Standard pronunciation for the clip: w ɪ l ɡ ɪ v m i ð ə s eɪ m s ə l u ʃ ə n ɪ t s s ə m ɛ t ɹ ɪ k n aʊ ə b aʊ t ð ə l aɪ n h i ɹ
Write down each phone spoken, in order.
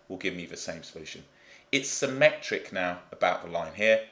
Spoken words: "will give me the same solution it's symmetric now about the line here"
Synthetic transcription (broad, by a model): w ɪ l ɡ ɪ v m i ð ə s eɪ m s ə l u ʃ ə n ɪ t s s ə m ɛ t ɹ ɪ k n aʊ ə b aʊ t ð ə l aɪ n h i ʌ